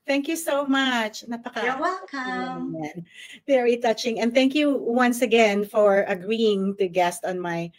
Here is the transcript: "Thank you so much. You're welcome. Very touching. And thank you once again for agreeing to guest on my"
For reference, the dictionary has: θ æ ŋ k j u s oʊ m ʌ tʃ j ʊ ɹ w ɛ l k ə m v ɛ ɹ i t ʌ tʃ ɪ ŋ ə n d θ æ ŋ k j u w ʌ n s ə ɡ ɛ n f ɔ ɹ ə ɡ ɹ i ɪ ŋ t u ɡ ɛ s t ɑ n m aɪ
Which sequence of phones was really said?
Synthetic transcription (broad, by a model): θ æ ŋ k j u s oʊ m ʌ tʃ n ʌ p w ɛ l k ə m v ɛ ɹ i t ʌ tʃ ɪ ŋ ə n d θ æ ŋ k j u w ʌ n s ə ɡ ɛ n f ɔ ɹ ə ɡ ɹ i ɪ ŋ t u ɡ ɛ s t ɑ n m aɪ